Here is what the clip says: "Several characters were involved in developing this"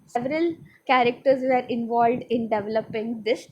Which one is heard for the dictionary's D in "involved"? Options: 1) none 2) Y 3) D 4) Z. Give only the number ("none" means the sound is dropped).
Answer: 3